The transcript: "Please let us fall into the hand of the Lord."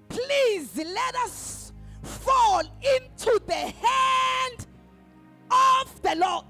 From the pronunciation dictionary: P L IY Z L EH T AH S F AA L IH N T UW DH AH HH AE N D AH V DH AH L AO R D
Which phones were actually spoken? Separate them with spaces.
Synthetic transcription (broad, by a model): P L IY Z L EH T AH S F AA L IH N T UW DH AH HH AE N D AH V DH AH L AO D